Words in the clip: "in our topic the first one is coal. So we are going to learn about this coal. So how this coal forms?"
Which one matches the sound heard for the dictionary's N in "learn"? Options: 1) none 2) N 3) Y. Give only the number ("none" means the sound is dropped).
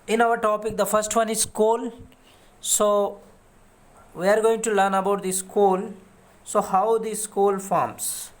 2